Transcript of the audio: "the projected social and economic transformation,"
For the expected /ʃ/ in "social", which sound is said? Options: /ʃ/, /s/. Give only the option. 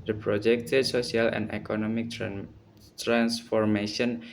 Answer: /s/